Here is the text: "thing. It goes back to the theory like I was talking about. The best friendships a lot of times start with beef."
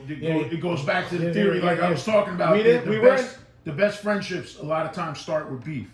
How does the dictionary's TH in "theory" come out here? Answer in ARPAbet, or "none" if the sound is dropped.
TH